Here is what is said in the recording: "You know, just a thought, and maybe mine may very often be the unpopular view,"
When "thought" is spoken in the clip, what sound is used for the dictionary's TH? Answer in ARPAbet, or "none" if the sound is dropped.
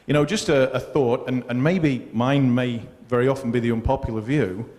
TH